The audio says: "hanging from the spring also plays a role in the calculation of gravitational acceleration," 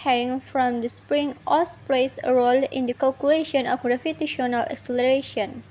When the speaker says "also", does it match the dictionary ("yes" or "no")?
no